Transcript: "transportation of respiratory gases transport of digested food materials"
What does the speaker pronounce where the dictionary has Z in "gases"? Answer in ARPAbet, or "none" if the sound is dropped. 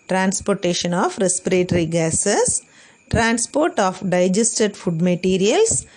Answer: S